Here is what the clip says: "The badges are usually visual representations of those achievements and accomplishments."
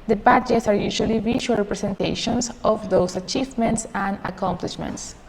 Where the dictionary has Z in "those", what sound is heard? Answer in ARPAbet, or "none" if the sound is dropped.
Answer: S